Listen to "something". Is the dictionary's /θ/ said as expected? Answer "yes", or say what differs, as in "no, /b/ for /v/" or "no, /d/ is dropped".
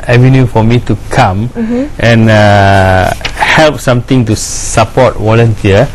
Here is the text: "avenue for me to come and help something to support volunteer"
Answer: no, /t/ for /θ/